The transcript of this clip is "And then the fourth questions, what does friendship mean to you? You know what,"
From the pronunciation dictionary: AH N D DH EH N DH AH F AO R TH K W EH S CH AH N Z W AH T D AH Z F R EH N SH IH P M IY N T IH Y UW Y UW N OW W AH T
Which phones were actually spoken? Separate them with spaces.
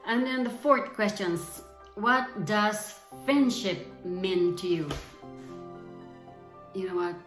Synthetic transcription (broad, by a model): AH N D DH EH N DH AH F AO R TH K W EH S CH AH N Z W AH T D AH Z F R EH N SH IH P M IY N T IH Y UW Y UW N OW W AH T